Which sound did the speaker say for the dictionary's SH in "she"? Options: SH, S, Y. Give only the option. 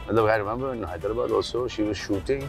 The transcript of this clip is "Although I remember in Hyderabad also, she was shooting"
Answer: SH